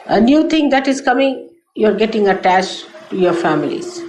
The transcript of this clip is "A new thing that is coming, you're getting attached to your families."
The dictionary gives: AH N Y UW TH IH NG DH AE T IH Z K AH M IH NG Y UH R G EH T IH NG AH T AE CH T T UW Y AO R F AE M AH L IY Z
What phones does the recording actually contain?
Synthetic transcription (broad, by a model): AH N Y UW T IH NG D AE T IH Z K AH M IH NG Y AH R G EH T IH NG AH T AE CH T T UW Y AO R F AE M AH L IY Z